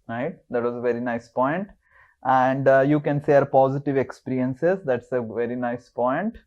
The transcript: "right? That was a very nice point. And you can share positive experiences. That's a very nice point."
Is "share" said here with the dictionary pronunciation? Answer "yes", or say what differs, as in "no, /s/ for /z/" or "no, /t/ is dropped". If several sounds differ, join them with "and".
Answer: no, /s/ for /ʃ/